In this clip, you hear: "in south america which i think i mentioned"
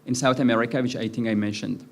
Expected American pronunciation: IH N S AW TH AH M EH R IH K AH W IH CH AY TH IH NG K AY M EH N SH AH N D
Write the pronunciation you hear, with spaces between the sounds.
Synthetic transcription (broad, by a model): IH N S AW TH AH M EH R IH K AH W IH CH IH T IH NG AY M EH N SH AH N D